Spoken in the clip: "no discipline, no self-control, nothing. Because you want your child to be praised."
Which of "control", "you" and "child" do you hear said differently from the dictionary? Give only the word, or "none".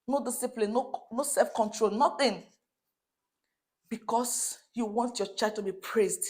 child